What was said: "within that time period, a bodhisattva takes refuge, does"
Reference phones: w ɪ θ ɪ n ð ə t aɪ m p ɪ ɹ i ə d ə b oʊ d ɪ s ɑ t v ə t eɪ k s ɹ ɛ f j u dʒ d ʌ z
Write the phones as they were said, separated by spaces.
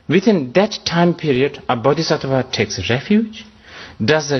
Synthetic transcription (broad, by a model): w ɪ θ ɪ n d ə t aɪ m p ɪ ɹ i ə d ə b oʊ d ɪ s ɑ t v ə t eɪ k s ɹ ɛ f j u dʒ d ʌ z